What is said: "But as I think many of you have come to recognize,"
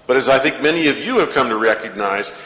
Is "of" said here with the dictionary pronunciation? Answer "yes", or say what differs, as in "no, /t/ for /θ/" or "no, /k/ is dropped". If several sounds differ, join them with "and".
yes